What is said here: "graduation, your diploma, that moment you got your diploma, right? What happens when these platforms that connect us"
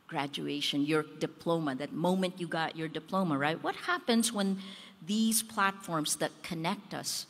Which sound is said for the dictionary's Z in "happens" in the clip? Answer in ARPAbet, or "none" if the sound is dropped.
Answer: Z